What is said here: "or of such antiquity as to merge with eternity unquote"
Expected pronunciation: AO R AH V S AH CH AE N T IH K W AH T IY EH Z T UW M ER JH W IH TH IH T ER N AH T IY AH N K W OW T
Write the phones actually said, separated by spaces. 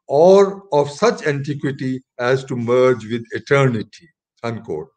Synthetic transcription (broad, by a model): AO R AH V S AH CH AE N T IH K W AH T IY EH Z T UW M ER JH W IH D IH T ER N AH T IY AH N K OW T